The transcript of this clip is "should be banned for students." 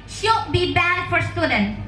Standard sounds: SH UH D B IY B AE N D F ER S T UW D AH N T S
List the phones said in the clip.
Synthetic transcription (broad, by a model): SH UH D B IY B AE D F ER S T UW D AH N